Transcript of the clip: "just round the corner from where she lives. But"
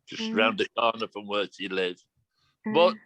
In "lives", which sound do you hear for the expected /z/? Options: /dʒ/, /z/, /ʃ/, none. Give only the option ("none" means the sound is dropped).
none